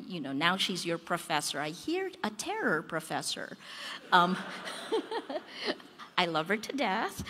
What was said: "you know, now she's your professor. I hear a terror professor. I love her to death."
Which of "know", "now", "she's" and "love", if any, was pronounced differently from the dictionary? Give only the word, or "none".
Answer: none